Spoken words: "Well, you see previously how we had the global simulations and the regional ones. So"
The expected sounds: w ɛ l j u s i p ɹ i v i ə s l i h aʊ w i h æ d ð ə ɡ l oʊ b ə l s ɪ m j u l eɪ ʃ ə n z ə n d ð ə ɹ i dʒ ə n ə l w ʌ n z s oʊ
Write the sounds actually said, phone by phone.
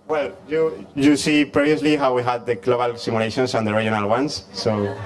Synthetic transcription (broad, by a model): w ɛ l j u s i p ɹ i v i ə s l i h aʊ w i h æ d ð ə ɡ l oʊ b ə l s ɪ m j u l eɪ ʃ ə n s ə n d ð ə ɹ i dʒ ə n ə l w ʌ n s oʊ